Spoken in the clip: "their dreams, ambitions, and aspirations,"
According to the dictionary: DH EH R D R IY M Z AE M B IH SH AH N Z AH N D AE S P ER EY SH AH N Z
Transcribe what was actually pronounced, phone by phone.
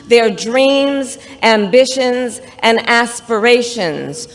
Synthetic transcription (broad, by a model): DH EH R D R IY M Z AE M B IH SH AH N Z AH N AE S P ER EY SH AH N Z